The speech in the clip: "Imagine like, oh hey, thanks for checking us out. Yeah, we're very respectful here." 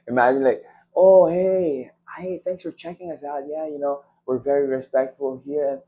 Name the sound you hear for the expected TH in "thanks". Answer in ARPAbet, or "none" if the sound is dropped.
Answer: TH